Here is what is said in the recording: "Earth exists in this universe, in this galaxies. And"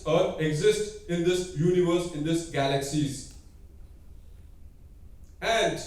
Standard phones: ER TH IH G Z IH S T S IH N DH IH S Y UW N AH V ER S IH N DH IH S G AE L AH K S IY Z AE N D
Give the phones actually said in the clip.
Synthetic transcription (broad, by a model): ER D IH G Z IH S T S IH N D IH S Y UW N AH V ER S IH N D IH S G AE L AH K S IY Z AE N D